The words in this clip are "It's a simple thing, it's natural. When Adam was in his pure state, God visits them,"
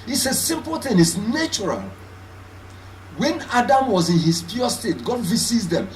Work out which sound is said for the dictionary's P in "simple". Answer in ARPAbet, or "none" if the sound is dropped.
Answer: P